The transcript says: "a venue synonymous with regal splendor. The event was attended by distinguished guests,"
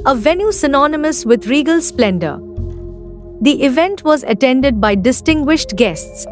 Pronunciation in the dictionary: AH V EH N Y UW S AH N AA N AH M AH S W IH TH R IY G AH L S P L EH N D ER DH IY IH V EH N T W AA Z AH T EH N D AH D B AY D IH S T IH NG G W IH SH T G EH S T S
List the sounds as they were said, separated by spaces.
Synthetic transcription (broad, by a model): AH V EH N Y UW S AH N AA N AH M AH S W IH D R IY G AH L S P L EH N D ER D IY IH V EH N T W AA Z AH T EH N D AH D B AY D IH S T IH NG G W IH SH T G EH S T S